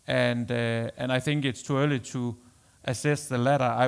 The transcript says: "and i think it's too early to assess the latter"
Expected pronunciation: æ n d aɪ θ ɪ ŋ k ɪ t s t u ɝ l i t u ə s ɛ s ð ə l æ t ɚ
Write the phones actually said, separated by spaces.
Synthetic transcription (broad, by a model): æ n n aɪ θ ɪ ŋ k ɪ t s t u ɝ l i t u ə s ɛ s ð ə l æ t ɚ